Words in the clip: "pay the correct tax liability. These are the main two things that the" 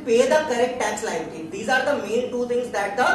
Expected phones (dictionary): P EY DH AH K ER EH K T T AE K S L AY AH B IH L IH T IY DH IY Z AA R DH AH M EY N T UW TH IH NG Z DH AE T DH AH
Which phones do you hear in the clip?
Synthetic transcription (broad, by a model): P EY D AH K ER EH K T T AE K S L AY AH IH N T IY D IY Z AA R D AH M EY N T UW T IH NG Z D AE T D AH